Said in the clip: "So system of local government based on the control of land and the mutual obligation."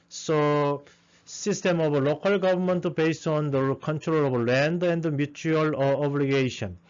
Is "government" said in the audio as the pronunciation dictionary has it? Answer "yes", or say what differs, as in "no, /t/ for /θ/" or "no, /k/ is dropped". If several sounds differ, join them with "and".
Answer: no, /b/ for /v/